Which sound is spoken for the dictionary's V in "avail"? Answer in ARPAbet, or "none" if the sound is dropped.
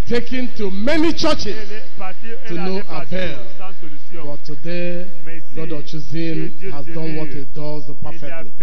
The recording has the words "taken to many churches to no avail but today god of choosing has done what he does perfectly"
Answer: B